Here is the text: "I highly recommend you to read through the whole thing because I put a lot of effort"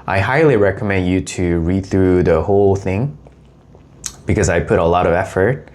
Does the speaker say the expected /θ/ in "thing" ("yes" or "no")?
yes